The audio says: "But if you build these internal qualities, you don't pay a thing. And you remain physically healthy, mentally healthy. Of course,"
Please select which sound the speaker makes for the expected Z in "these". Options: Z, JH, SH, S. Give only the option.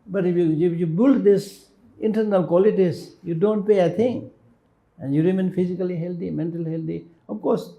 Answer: S